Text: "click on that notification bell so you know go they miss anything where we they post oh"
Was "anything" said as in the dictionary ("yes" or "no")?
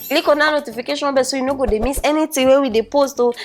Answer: no